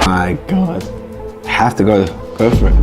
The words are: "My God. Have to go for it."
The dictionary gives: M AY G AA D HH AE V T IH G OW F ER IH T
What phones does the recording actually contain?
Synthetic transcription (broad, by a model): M AY G AA D HH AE F T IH G OW F ER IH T